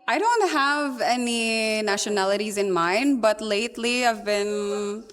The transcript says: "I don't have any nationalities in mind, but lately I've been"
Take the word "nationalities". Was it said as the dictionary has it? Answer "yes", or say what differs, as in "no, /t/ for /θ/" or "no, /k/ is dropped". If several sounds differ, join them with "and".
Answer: yes